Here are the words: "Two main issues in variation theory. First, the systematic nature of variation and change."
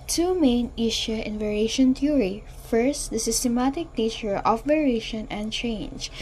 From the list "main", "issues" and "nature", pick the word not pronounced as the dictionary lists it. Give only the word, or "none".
issues